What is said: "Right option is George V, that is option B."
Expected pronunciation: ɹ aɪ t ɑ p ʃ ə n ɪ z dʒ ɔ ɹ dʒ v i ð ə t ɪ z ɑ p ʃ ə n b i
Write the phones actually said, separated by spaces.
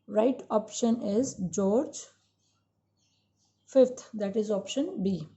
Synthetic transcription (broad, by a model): ɹ aɪ t ɑ p ʃ ə n ɪ z dʒ ɔ ɹ dʒ f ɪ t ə t ɪ z ɑ p ʃ ə n b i